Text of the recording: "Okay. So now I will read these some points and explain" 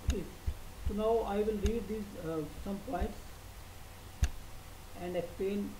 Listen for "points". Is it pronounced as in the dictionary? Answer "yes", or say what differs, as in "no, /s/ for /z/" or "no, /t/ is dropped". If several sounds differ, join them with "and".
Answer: yes